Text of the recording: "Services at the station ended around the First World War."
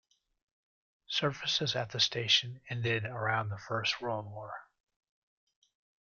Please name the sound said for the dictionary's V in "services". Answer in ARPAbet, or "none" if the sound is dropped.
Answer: F